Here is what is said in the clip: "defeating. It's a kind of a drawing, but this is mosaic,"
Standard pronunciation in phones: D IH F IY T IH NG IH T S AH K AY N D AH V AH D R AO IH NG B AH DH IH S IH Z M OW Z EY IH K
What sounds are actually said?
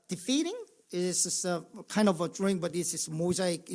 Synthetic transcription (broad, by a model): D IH F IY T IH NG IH S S AH K AY N D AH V AH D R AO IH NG B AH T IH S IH S M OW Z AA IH K